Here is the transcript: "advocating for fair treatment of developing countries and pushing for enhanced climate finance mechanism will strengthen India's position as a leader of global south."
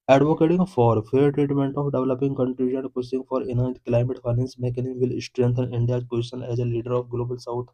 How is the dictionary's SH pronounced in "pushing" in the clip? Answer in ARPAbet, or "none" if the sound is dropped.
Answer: S